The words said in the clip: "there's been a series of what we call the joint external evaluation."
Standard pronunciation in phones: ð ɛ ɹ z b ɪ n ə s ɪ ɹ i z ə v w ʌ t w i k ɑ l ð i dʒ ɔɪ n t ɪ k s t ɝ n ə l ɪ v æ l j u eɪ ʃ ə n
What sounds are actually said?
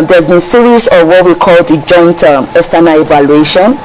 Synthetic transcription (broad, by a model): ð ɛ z b ɪ n s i ɹ i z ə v w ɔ t w i k ɑ l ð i dʒ ɔɪ n t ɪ s t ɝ n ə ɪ v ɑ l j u eɪ ʃ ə n